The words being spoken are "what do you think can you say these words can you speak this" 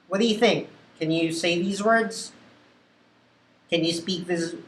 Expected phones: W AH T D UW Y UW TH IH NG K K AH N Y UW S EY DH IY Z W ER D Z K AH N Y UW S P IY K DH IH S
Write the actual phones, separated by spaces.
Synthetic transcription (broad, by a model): W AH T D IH Y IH TH IH NG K K AH N Y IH S EY DH IY Z W ER D Z K AH N Y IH S P IY K DH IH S